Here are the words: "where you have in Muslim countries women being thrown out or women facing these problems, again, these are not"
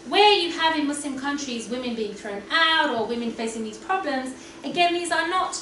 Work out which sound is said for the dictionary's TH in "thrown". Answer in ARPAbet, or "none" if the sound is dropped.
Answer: TH